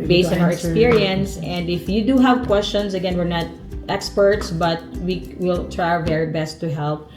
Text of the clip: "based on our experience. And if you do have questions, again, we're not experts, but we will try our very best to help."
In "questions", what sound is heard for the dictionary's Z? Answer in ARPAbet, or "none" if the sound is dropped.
S